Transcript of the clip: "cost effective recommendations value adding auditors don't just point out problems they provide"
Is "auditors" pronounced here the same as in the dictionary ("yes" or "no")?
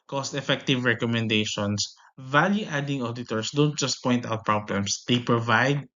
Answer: no